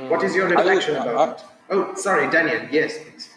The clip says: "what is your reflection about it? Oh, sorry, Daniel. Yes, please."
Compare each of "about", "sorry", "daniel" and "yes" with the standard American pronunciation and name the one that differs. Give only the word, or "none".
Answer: about